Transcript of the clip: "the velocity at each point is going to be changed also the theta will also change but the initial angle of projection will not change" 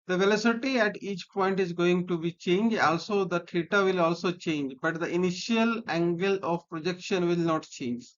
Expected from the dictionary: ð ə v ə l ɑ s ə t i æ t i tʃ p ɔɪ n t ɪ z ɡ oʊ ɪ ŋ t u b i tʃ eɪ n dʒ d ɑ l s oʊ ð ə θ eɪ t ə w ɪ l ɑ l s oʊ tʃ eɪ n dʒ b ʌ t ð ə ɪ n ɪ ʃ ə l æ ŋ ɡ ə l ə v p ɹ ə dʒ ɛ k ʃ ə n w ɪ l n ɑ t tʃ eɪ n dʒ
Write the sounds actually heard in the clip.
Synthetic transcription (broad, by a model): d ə v ə l ɑ s ə t i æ t i tʃ p ɔɪ n t ɪ z ɡ oʊ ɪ ŋ t u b i tʃ eɪ n dʒ ɑ l s oʊ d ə t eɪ t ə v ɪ l ɑ l s oʊ tʃ eɪ n dʒ b ʌ t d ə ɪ n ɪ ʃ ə l æ ŋ ɡ ə l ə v p ɹ ə dʒ ɛ k ʃ ə n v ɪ l n ɑ t tʃ eɪ n dʒ